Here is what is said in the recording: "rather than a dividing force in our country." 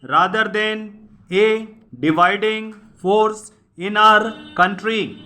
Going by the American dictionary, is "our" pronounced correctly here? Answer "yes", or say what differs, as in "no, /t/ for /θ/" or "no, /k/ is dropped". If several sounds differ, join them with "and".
yes